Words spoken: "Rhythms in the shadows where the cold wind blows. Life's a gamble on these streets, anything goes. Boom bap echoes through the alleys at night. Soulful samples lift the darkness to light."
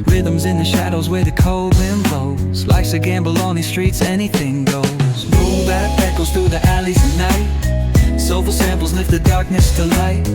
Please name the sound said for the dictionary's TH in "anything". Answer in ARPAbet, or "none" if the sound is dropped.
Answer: TH